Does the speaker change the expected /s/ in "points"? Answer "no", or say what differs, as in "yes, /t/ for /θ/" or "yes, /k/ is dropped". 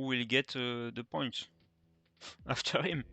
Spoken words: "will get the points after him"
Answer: yes, /s/ is dropped